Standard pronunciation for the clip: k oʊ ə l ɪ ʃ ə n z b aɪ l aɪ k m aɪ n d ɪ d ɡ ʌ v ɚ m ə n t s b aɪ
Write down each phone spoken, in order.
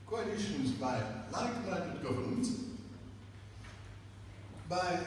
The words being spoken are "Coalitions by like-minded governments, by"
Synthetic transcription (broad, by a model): k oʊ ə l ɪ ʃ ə n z b aɪ l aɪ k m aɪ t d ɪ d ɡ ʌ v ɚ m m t b aɪ